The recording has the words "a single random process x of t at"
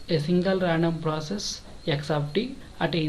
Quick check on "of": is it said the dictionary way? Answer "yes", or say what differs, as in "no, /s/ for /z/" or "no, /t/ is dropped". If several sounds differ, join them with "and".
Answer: no, /p/ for /v/